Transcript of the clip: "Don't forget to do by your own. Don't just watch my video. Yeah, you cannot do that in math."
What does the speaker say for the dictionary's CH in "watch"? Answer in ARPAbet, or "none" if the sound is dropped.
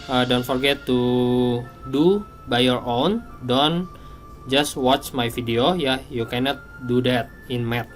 CH